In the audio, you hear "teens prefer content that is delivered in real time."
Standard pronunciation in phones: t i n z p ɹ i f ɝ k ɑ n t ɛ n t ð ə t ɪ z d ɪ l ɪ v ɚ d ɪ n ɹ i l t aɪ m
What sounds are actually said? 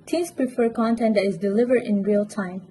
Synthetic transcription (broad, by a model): t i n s p ɹ i f ɝ k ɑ n t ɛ n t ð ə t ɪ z d ɪ l ɪ v ɚ d ɪ n ɹ i l t aɪ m